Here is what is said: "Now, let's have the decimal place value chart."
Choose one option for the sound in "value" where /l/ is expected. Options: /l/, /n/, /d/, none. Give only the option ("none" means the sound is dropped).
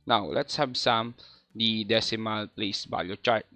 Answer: none